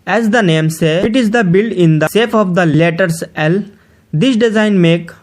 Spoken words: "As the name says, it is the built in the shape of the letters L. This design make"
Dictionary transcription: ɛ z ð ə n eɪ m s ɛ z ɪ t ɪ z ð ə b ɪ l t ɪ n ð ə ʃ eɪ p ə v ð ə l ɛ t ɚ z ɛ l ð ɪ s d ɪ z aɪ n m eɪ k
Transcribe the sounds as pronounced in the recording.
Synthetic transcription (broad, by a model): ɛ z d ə n eɪ m s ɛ ɪ t ɪ z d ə b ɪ l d ɪ n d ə s eɪ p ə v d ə l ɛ t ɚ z ɛ l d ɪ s d ɪ z aɪ n m eɪ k